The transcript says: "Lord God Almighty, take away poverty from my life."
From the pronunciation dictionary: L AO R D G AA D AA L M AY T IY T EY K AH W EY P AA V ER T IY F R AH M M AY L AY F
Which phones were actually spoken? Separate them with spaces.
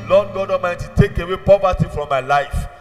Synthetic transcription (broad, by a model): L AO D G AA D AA M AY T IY T EY K AH W EY P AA V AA T IY F R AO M M AY L AY F